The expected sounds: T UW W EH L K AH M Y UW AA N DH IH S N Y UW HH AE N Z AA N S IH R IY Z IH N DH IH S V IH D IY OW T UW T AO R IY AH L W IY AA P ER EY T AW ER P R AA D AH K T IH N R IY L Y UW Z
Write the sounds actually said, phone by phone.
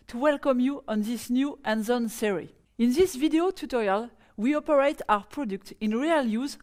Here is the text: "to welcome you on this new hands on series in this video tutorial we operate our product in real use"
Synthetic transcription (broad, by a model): T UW W EH L K AH M Y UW AA N DH IH S N Y UW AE N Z AA N S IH R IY IH N DH IH S V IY D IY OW T UW T AO R IY AH L W IY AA P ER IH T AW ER P R AA D AH K T IH N R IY L Y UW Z